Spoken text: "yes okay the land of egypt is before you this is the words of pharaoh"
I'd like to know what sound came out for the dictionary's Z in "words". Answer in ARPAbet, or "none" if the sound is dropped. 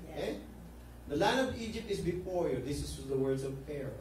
S